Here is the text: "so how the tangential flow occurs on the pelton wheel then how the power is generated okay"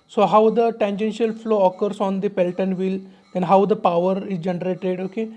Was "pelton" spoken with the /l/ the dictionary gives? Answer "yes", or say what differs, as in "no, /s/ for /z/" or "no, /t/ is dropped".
yes